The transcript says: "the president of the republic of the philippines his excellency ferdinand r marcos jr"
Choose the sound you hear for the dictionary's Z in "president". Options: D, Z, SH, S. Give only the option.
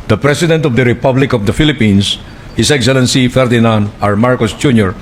S